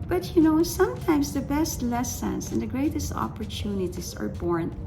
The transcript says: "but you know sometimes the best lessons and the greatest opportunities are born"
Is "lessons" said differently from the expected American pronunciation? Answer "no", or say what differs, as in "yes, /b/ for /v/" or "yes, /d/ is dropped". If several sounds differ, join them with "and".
yes, /s/ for /z/